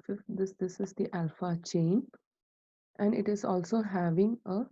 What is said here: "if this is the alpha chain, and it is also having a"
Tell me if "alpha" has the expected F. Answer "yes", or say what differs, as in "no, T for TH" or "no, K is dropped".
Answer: yes